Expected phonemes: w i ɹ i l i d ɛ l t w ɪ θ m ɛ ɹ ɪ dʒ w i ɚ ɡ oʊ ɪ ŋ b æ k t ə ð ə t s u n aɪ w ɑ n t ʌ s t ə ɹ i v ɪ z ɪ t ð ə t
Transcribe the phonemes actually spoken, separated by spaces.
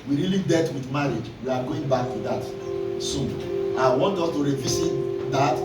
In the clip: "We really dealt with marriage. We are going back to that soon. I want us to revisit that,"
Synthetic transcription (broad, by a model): w i ɹ i l i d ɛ t w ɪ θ m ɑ ɹ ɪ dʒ w i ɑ ɡ oʊ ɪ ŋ b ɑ k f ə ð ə t s u n aɪ w ɑ n t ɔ s t ə ɹ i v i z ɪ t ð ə t